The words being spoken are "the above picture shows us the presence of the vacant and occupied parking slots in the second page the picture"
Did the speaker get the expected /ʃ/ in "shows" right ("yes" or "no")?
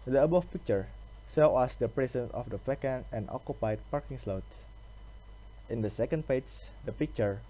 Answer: no